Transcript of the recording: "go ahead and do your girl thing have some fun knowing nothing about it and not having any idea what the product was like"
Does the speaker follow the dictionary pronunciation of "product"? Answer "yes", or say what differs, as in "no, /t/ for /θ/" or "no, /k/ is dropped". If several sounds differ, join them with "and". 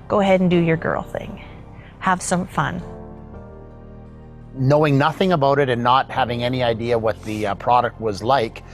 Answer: yes